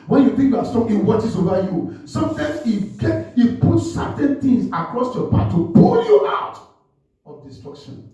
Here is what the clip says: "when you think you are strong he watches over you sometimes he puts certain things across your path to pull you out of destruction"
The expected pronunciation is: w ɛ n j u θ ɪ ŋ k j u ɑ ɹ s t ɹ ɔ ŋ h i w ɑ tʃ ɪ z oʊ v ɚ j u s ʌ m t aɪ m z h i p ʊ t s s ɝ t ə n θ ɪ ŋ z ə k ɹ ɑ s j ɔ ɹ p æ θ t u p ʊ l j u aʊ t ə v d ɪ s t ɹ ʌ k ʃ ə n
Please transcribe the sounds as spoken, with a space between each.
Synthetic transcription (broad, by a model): w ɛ n j u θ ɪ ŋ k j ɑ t s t ɔ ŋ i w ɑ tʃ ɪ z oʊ v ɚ j u s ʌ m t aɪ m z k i p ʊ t s s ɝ t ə n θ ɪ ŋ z ə k ɹ ɑ s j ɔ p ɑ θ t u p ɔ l j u aʊ t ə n d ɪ s t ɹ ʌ k ʃ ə n